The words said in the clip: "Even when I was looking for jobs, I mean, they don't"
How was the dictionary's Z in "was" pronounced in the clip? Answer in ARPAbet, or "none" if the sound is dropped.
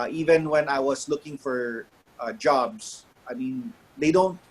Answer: S